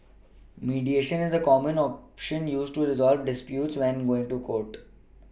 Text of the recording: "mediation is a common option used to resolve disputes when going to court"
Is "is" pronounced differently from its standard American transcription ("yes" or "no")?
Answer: no